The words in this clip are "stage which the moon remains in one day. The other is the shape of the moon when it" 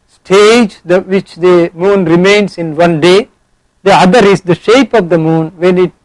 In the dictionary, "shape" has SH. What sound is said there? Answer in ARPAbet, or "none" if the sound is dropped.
SH